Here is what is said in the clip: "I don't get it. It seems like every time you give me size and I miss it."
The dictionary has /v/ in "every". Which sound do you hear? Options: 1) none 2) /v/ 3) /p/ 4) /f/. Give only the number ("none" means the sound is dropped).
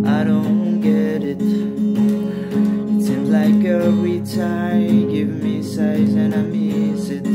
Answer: 1